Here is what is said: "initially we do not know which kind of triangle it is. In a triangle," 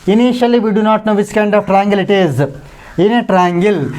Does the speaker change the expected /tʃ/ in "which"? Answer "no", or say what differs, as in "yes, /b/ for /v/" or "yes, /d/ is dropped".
yes, /s/ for /tʃ/